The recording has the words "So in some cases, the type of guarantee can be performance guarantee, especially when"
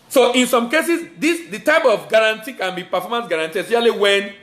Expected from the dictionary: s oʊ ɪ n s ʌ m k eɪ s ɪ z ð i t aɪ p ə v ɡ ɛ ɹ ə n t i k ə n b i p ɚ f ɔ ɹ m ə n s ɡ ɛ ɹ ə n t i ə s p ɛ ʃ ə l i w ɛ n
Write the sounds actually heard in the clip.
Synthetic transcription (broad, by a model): s oʊ ɪ n s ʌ m k eɪ s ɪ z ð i t aɪ p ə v ɡ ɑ ɹ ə n t i k ə n b i p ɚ f ɔ m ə n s ɡ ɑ ɹ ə n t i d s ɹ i ə l i w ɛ n